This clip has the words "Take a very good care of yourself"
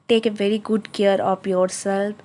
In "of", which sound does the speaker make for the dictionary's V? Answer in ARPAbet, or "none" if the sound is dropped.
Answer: P